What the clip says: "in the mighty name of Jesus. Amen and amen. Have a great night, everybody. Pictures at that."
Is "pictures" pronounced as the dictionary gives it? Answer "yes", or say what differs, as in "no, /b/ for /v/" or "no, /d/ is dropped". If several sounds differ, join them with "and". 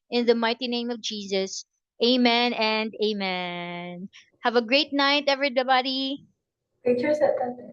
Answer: no, /k/ is dropped